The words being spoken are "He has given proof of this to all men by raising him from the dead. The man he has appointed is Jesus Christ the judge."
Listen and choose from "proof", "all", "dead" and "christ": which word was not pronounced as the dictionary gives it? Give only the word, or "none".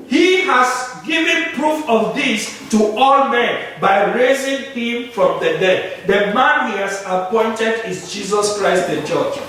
none